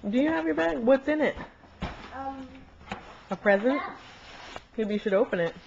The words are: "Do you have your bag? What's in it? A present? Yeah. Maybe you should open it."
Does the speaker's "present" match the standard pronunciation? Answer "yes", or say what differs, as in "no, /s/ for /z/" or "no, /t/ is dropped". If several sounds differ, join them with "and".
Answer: yes